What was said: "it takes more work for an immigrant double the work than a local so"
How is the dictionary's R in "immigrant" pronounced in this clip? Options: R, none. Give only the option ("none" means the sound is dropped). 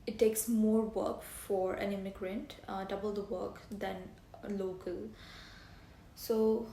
R